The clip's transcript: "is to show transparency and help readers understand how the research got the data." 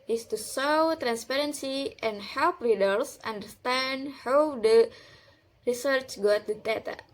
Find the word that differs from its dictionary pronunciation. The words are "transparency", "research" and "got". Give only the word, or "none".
none